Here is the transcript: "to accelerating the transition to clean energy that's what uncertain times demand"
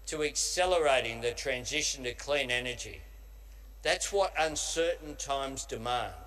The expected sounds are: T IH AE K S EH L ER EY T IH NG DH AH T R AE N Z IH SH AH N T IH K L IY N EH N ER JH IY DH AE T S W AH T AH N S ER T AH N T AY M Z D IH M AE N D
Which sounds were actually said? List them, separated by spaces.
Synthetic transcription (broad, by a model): T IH AE K S EH L ER EY T IH NG DH AH T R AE N Z IH SH N T IH K L IY N EH N ER JH IY DH AE T S W AH T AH N S ER T N T AY M Z D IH M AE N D